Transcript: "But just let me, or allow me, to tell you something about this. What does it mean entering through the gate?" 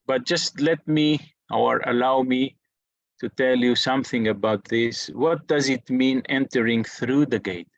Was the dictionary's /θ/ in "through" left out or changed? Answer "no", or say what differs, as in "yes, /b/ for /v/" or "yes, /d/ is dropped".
no